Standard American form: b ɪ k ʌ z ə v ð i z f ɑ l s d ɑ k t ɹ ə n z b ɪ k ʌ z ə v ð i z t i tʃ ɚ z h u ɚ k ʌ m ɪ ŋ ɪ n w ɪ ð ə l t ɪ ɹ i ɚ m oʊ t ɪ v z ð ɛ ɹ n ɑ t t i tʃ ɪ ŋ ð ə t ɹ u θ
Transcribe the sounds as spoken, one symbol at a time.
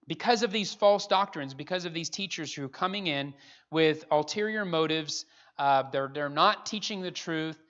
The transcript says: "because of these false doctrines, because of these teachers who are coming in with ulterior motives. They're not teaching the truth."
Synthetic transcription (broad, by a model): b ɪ k ʌ z ə v ð i z f ɑ l s d ɑ k t ɹ ə n z b ɪ k ʌ z ə v ð i z t i tʃ ɚ z h u k ʌ m ɪ ŋ ɪ n w ɪ ð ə l t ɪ ɹ i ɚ m oʊ t ɪ v z ð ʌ ɹ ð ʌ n t i tʃ ɪ ŋ ð ə t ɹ u θ